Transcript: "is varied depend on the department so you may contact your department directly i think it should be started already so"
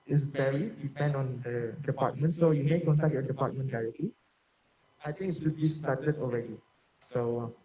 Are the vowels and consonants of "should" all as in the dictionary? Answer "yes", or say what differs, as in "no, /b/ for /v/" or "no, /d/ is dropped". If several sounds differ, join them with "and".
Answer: no, /s/ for /ʃ/